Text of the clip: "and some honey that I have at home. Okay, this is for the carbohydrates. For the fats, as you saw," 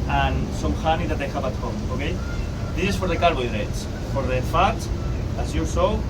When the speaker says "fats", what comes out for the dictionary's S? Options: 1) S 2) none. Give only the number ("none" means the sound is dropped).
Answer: 2